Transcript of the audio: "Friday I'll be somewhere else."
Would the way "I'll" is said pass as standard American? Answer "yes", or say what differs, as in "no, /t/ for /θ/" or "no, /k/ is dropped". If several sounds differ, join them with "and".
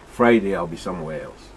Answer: yes